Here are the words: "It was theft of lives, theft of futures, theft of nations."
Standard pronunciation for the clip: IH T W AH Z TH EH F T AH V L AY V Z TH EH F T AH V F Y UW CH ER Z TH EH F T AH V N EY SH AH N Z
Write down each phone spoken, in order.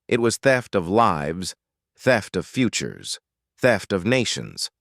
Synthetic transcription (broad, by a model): IH T W AH Z TH EH F T AH V L AY V Z TH EH F T AH V F Y UW CH ER Z TH EH F T AH V N EY SH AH N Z